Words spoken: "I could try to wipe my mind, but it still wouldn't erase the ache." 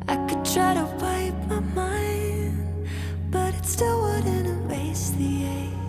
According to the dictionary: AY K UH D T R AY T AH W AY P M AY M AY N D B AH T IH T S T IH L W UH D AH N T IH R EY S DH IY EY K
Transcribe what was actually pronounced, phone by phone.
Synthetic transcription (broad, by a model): AY K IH D T R AY T AH W AY P M AY M AY N B AH T IH T S T IH L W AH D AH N IH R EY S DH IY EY